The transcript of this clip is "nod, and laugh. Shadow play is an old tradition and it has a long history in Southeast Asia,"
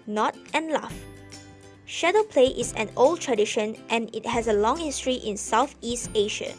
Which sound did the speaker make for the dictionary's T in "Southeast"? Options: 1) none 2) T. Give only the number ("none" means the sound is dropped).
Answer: 2